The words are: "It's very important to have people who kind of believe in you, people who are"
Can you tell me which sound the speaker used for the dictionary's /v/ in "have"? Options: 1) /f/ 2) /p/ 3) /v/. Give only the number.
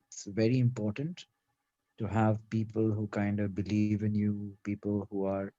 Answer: 3